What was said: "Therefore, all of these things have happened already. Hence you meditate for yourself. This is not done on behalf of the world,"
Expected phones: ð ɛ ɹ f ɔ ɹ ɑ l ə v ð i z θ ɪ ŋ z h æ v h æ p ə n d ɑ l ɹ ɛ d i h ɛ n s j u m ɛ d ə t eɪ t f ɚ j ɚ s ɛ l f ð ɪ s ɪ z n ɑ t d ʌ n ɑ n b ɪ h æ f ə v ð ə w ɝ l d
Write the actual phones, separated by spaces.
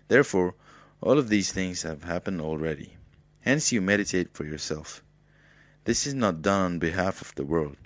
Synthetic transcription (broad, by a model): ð ɛ ɹ f ɔ ɹ ɑ l ə v ð i z θ ɪ ŋ z h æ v h æ p ə n d ɑ l ɹ ɛ d i h ɛ n s j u m ɛ d ə t eɪ t f ɚ j ɚ s ɛ l f ð ɪ s ɪ z n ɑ t d ʌ n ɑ n b ɪ h æ f ə v ð ə w ɝ l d